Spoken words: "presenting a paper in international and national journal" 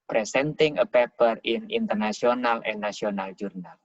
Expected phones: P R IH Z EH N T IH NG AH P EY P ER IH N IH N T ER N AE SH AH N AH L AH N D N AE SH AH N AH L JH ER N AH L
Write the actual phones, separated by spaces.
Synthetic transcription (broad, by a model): P R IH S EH N T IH NG AH P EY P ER IH N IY N T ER N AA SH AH N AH L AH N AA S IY AH N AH L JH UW N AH L